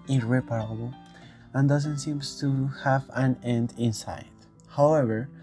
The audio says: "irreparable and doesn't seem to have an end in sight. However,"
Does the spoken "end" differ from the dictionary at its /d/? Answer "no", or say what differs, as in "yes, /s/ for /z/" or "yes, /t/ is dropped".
no